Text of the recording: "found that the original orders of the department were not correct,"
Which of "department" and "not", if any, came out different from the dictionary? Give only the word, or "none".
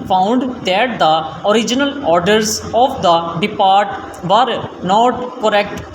department